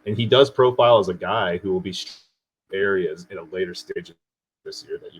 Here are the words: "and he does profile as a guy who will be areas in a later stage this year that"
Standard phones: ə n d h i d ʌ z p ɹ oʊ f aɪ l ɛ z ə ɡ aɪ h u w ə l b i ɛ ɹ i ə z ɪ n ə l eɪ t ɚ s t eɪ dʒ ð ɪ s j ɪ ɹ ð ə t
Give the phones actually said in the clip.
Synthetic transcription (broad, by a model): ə n i d ʌ z p ɹ oʊ f aɪ l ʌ z ə ɡ aɪ h u w ə l b i ɛ ɹ i ə z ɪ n ə l eɪ t ɚ s t eɪ dʒ ð ɪ s j ɪ ɹ ð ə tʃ